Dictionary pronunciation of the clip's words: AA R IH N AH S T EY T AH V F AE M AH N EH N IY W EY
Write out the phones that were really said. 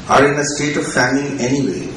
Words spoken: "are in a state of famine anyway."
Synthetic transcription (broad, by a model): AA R IH N AH S T EY T AH V F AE M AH EH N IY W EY